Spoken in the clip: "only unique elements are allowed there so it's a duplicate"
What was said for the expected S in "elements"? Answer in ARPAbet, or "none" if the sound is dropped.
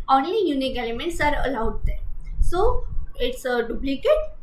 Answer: S